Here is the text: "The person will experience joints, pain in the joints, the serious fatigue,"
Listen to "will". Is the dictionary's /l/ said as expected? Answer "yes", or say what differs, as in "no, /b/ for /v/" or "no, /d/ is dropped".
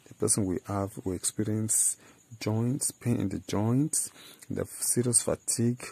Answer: no, /w/ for /l/